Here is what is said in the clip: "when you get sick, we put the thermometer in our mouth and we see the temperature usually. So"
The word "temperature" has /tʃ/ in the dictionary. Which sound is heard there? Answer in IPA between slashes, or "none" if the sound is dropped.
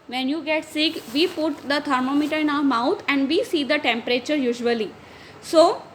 /tʃ/